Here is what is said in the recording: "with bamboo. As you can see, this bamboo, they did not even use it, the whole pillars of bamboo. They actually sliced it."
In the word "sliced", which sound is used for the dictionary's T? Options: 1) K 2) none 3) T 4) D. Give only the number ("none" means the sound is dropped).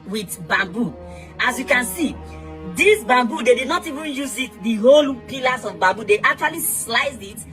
2